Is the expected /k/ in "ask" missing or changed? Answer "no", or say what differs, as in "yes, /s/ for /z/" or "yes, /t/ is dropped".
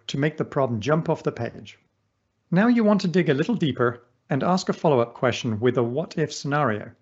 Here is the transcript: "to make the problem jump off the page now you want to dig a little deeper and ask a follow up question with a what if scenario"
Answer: no